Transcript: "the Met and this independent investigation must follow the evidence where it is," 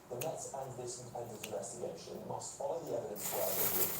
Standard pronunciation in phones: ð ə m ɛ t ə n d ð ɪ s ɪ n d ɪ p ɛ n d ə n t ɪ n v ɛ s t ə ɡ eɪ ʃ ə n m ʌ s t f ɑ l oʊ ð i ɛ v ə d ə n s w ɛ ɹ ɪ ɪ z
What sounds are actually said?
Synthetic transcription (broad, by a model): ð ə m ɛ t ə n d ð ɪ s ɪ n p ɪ ɪ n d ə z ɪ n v ɛ s t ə ɡ eɪ ʃ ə n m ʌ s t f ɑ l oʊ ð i ɛ v ə d ə n s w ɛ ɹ ɪ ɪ